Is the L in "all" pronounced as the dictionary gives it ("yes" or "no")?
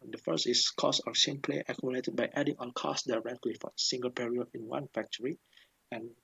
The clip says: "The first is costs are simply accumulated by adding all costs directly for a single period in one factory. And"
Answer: no